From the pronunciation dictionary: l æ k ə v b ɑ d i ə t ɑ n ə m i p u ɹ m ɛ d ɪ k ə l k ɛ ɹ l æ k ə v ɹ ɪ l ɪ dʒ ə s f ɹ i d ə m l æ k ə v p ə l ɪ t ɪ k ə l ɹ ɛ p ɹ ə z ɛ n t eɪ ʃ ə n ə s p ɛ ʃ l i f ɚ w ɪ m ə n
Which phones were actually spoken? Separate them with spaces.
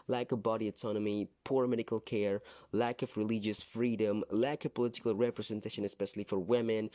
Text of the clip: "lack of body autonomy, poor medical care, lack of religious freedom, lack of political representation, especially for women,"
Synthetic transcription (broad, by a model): l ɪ k ə v b ɑ d i ə t ɑ n ə m i p u ɹ m ɛ d ɪ k ə l k ɛ ɹ l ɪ k ə v ɹ ɪ l ɪ dʒ ə s f ɹ i d ə m l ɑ k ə p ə l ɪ t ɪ k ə l ɹ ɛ p ɹ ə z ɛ n t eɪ ʃ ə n ə s p ɛ ʃ l i f ɚ w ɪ m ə n